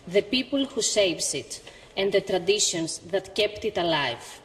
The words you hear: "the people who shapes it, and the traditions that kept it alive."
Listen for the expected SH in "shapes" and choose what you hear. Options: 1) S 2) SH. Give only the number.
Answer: 1